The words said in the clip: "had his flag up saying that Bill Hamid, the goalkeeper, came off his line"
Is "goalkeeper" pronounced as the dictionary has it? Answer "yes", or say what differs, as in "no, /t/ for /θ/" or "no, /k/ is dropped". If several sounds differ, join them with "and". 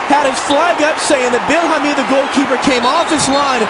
yes